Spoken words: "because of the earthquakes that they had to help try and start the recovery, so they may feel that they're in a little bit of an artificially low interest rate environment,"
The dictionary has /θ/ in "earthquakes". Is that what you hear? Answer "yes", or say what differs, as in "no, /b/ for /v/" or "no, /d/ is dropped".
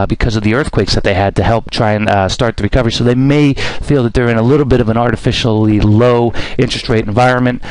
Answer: yes